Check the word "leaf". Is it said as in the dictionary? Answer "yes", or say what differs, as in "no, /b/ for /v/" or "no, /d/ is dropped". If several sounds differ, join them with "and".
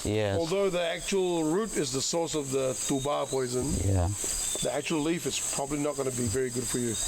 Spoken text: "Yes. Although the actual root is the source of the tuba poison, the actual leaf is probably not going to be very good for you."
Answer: yes